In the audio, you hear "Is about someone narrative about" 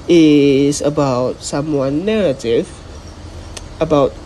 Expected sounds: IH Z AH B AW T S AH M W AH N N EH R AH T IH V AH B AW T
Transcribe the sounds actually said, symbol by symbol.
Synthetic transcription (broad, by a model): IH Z AH B AW T S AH M W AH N N EH R AH T IH V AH B AW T